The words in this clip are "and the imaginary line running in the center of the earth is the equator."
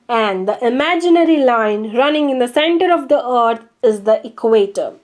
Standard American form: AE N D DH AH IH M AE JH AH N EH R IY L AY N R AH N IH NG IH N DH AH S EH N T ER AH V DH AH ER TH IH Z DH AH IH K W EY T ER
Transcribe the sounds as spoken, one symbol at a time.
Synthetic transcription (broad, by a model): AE N D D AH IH M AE JH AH N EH R IY L AY N R AH N IH NG IH N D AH S EH N T ER AH V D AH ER T IH Z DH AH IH K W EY T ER